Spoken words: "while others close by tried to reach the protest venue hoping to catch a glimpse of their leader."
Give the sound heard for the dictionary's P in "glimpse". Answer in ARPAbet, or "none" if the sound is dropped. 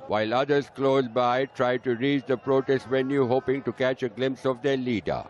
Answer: P